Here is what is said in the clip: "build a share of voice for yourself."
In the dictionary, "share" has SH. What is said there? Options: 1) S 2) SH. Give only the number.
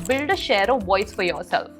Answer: 2